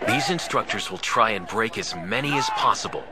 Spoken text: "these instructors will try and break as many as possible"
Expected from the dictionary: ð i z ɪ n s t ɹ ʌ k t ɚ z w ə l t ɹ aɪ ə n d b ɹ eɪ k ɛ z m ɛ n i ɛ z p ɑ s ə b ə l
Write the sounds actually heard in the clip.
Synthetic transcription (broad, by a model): ð i z ɪ n s t ɹ ʌ k t ɚ z w ə l t ɹ aɪ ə n b ɹ eɪ k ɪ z m ɛ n i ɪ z p ɑ s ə b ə l